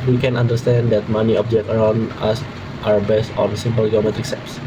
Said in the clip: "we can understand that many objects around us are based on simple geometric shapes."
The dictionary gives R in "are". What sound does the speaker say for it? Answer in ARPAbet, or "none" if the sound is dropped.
W